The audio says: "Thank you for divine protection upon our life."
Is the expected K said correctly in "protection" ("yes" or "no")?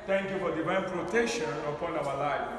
no